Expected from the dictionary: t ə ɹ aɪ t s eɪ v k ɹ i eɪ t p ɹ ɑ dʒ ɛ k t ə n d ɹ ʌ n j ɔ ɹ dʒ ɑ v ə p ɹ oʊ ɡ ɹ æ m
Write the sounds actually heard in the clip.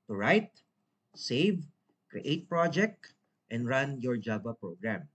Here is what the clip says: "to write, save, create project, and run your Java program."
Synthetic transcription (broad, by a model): t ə ɹ aɪ t s eɪ v k ɹ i eɪ t p ɹ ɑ dʒ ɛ k t ə n d ɹ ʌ n j ɔ ɹ dʒ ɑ b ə p ɹ oʊ ɡ ɹ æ m